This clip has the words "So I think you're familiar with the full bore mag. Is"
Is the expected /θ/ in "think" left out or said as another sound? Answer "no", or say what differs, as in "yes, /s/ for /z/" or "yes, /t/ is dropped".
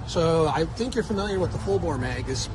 no